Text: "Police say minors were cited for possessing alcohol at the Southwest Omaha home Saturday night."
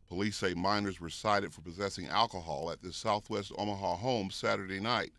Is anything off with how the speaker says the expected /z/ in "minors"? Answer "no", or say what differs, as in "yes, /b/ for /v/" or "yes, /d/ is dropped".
no